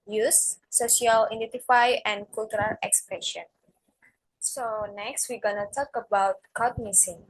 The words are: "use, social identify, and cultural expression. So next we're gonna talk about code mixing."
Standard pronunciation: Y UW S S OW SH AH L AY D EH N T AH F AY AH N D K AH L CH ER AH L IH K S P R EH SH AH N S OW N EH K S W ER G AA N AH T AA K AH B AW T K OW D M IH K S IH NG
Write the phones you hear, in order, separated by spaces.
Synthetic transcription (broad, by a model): Y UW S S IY AH L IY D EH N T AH F AY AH N K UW L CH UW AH L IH K S P R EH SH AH N S OW N EH K S W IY G AA N AH T AA K AH B AW T K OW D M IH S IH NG